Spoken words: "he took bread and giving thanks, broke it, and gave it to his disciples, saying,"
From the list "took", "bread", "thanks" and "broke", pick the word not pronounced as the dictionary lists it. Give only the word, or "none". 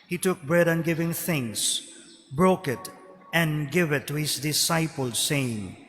thanks